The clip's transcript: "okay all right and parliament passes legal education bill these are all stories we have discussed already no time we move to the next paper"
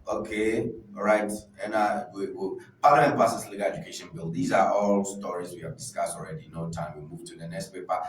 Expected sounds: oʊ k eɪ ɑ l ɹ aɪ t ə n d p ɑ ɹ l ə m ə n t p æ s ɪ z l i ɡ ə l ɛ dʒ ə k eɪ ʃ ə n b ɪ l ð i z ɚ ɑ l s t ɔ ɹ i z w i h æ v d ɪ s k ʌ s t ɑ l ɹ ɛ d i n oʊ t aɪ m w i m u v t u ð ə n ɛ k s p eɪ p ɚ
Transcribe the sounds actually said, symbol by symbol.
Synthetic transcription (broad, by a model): oʊ k eɪ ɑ ɹ aɪ t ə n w p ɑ l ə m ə n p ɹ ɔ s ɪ s l i ɡ ə l ɛ dʒ ə k eɪ ʃ ə n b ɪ l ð i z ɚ ɑ l s t ɔ ɹ i z w i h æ v d ɪ s k ʌ s t ɑ l ɹ ɛ d i n oʊ t aɪ m w i m u v t u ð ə n ɛ k s p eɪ p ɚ